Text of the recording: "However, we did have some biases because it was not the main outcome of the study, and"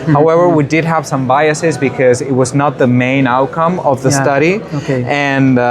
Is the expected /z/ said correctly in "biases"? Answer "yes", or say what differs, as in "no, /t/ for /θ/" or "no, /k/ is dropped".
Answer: yes